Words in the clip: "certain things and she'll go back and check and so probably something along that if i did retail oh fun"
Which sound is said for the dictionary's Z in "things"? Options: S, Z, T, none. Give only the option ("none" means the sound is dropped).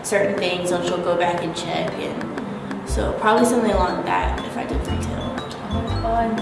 Z